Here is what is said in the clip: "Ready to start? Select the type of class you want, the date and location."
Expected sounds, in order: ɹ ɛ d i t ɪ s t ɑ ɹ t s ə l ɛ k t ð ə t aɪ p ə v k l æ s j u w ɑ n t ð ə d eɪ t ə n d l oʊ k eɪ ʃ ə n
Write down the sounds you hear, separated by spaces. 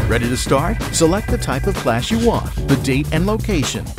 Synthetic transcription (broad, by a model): ɹ ɛ d i t ɪ s t ɑ ɹ t s ə l ɛ k t ð ə t aɪ p ə v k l æ ʃ j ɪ w ɑ n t ð ə d eɪ t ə n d l oʊ k eɪ ʃ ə n